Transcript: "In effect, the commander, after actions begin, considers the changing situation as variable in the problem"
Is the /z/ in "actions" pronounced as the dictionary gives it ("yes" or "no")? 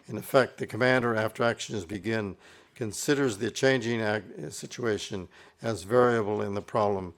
yes